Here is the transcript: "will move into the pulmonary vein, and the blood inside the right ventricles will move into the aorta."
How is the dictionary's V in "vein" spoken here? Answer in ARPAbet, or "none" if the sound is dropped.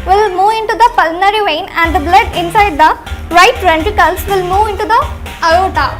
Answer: V